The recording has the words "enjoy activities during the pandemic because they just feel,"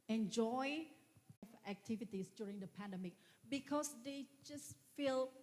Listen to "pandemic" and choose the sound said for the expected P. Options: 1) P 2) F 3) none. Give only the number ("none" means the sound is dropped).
1